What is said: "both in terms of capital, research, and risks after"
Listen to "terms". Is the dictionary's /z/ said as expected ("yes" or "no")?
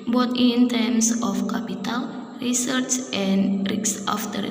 no